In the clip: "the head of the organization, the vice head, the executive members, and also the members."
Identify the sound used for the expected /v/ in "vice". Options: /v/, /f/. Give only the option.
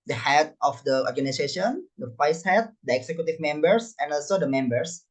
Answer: /f/